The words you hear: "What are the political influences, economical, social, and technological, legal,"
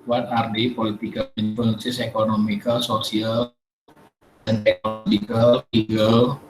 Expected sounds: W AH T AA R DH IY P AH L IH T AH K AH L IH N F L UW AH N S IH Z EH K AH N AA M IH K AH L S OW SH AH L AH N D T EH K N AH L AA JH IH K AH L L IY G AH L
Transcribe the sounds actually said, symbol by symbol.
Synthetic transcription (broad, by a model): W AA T AA R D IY P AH L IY T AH K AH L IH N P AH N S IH S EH K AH N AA M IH K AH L S OW S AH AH L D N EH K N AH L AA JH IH K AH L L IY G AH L